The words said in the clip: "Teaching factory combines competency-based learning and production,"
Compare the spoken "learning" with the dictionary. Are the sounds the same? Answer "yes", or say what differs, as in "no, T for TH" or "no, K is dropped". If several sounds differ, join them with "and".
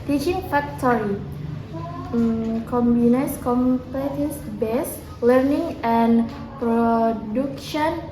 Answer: yes